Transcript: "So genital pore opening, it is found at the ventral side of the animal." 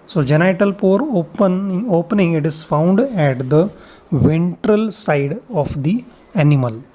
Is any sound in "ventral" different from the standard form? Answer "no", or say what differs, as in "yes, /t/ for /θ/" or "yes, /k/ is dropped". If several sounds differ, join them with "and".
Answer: no